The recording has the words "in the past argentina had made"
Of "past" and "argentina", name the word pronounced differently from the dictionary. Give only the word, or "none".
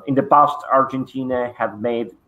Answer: past